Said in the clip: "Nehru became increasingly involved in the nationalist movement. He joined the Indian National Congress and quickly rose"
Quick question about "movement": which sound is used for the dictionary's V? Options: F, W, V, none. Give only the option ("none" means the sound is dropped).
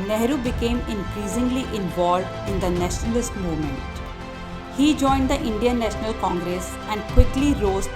none